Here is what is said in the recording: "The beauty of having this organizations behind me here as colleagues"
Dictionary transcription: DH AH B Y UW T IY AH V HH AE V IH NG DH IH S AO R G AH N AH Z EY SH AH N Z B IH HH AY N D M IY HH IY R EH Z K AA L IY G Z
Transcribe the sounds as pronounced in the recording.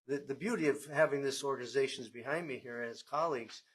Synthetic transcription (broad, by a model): DH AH B Y UW T IY AH V HH AE V IH NG DH IH S AO R G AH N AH Z EY SH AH N Z B IH HH AY N D M IY HH IY R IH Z K AA L IY G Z